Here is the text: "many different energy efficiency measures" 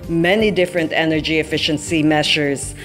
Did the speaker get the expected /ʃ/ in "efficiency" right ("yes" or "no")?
yes